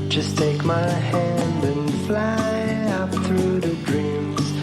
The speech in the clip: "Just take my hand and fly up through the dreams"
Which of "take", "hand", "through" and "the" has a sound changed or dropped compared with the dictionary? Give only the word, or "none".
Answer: none